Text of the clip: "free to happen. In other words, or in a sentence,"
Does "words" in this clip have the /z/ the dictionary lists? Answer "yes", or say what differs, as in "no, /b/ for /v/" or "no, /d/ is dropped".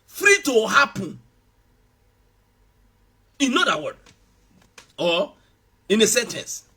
no, /z/ is dropped